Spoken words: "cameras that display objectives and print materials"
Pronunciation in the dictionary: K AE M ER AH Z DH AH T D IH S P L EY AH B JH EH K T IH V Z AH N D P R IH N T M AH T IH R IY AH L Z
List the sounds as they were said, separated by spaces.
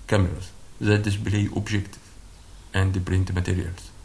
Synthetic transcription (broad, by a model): K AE M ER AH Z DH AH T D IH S B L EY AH B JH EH K T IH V AH N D P R IH N T M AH T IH R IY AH L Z